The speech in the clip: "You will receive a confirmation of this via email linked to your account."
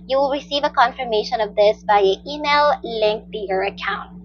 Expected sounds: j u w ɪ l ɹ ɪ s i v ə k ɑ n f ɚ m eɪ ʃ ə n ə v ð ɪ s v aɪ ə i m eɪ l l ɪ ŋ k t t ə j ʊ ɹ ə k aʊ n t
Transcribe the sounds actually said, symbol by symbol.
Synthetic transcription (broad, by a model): j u w ɪ l ɹ ɪ s i v ə k ɑ n f ɚ m eɪ ʃ ə n ə v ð ɪ s b aɪ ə i m eɪ l l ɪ ŋ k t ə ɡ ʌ ɹ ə k aʊ n t